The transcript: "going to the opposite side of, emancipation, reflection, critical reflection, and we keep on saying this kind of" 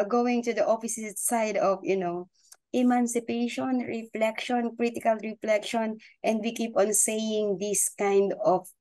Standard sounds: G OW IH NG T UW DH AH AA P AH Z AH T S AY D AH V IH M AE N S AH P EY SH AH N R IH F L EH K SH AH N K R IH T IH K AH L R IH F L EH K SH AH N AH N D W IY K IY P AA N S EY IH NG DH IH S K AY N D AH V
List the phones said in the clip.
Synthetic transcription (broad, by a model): G OW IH NG T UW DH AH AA F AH S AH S S AY D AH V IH M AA N S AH P EY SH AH N R IH F L EH K SH AH N K R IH T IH K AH L R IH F L EH K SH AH N AH N D W IY K IY P AA N S EY IH NG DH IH S K AY N D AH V